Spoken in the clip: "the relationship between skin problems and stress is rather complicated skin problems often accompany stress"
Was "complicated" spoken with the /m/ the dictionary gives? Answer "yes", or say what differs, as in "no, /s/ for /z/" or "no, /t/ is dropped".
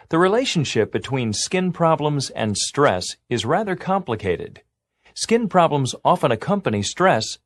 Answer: yes